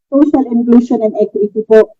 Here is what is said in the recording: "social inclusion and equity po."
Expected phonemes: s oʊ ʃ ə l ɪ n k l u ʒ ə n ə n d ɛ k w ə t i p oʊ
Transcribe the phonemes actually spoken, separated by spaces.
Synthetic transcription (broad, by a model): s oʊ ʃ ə l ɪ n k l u ʃ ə n ə n d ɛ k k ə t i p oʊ